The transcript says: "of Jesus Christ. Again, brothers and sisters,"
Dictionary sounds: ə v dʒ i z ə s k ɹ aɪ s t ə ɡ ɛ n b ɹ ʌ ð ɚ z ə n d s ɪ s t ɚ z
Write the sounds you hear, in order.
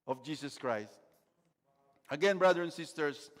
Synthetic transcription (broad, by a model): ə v dʒ i s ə s k ɹ aɪ s t ə ɡ ɛ n b ɹ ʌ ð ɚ ə n s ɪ s t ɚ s